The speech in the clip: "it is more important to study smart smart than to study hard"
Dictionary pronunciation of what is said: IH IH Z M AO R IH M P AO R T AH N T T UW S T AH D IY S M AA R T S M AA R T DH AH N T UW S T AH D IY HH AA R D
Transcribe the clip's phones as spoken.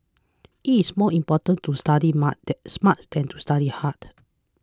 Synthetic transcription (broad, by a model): IH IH S M AO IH M P AO T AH N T T UW S T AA D IY M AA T S M AA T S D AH N T UW S T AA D IY HH AA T